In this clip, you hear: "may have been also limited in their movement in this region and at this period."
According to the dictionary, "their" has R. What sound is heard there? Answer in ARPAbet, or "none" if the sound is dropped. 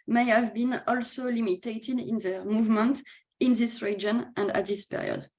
R